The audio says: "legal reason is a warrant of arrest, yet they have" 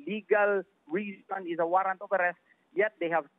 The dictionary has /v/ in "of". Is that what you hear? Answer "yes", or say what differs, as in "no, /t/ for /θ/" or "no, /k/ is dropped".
no, /p/ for /v/